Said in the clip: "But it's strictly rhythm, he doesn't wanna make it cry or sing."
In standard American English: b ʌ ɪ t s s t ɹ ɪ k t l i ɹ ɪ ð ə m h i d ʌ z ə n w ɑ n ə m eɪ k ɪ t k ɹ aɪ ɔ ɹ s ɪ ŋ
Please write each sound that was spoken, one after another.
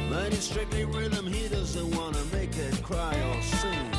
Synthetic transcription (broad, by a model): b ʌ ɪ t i s t ɹ ɪ k t l i ɹ ɪ ð ə m h i d ʌ z ə n w ɑ n ə m eɪ k ɪ t k ɹ aɪ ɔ l s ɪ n